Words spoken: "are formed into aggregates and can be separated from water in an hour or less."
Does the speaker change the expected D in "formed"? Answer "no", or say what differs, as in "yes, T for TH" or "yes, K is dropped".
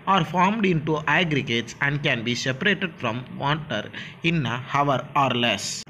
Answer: no